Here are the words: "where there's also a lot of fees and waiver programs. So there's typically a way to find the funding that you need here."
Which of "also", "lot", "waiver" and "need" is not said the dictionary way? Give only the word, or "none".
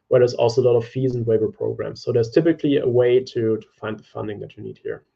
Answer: waiver